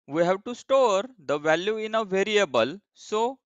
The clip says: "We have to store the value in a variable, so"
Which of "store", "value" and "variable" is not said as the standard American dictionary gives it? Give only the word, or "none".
none